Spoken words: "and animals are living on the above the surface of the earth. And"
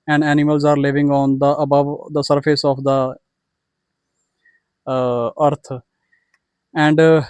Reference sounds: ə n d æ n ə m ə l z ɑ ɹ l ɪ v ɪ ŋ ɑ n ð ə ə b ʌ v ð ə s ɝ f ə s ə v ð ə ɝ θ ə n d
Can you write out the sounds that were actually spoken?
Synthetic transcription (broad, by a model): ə n d æ n ə m ə l z ɑ ɹ l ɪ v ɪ ŋ ɑ n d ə ə b ʌ v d ə s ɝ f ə s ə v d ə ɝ t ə n d